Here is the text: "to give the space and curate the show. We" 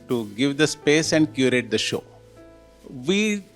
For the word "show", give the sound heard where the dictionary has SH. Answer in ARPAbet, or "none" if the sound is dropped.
SH